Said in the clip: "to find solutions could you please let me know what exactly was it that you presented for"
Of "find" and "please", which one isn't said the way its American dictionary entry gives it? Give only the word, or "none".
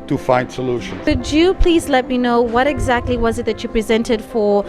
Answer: none